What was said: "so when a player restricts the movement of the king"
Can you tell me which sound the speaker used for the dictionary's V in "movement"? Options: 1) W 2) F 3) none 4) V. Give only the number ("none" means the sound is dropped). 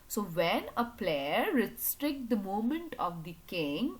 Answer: 3